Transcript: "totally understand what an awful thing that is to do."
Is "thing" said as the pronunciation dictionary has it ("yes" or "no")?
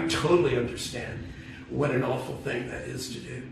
yes